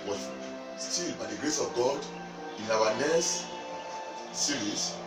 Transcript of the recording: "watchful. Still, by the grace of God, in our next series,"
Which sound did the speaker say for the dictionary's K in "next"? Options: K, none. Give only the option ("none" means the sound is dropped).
none